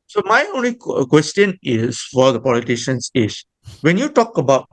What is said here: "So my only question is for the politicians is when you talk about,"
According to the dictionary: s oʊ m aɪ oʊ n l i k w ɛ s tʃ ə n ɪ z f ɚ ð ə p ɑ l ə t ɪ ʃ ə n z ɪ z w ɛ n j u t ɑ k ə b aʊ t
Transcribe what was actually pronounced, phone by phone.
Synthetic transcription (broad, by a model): s oʊ m aɪ oʊ n l i k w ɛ s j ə n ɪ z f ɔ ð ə p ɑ l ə t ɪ ʃ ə n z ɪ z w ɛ n j u t ɑ k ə b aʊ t